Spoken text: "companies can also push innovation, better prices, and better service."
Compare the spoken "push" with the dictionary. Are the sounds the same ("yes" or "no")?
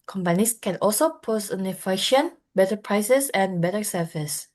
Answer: no